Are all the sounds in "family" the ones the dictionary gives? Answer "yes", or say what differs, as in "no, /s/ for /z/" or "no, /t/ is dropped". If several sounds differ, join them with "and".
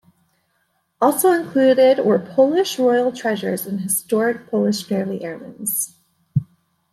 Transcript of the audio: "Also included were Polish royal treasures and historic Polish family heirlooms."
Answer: no, /m/ is dropped